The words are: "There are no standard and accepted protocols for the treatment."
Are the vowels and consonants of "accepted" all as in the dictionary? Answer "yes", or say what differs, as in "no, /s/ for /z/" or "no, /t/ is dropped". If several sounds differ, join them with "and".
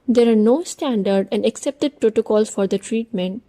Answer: yes